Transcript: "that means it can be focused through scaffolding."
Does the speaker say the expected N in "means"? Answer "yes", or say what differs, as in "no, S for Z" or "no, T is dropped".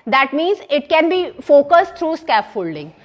yes